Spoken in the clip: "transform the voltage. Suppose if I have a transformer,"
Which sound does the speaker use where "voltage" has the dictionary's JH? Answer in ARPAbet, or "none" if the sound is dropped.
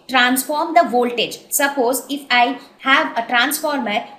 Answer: JH